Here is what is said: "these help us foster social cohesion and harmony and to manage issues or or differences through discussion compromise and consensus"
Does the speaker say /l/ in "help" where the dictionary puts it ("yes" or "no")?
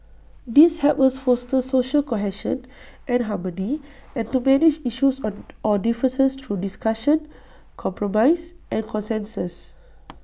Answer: no